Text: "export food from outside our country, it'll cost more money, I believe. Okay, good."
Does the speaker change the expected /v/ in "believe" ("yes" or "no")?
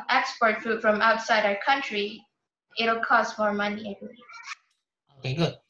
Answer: yes